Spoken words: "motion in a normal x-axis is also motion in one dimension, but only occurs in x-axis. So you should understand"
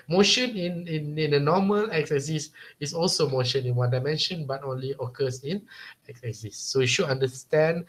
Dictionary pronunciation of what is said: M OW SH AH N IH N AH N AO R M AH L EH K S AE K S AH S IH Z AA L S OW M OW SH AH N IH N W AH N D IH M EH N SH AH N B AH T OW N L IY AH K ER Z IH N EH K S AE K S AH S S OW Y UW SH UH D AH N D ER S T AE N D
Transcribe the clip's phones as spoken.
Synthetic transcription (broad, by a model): M OW SH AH N IH N AH N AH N M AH L EH K S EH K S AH S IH S AA L S OW M OW SH AH N IH N W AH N D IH M EH N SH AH N B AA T OW N L IY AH K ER S IH N EH K S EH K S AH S S OW Y UW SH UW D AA N D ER S T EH N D